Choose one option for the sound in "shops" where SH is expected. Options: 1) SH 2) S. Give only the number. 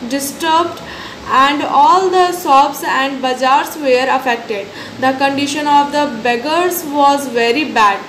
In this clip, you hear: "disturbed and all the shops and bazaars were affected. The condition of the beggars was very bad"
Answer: 2